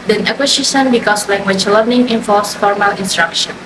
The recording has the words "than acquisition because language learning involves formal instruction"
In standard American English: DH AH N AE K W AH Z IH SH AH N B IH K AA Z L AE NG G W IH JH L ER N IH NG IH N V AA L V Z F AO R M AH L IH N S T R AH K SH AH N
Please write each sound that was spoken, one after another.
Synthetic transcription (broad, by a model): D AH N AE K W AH S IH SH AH N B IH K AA S L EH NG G W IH CH L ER N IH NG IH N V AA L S F AO R M AH L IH N S T R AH K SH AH N